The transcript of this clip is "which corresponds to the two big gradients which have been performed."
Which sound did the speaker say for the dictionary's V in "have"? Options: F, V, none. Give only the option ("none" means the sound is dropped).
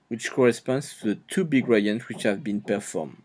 V